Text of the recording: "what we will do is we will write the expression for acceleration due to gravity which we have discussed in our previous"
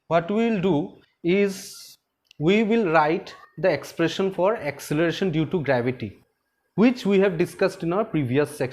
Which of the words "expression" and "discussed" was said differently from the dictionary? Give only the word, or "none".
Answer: none